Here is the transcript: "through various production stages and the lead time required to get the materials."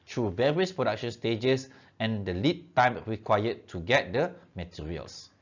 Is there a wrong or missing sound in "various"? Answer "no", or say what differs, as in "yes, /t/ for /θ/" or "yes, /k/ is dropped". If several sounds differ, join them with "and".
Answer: no